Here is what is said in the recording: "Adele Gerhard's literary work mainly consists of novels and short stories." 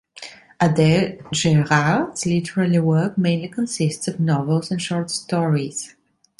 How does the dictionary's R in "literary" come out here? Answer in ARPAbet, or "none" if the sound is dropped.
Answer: L